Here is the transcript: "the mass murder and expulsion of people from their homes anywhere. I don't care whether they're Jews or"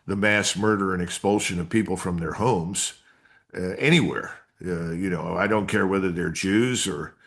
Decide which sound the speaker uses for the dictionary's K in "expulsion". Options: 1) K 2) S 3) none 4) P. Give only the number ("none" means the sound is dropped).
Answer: 1